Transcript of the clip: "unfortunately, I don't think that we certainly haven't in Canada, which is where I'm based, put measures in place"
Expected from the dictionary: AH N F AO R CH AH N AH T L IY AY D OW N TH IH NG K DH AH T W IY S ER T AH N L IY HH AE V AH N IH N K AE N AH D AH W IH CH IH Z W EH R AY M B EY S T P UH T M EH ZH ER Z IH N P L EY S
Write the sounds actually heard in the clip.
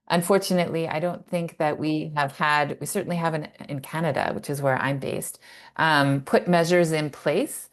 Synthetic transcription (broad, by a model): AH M F AO R CH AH N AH T L IY AY D OW N TH IH NG K DH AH T W IY S ER T N L IY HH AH V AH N IH N K AE N AH D AH W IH CH IH Z W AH R AY M B EY S T P UH T M EH ZH ER Z IH N P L EY S